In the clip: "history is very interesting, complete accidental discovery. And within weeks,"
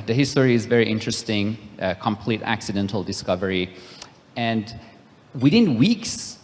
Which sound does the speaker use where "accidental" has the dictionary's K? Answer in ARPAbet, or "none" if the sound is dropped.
K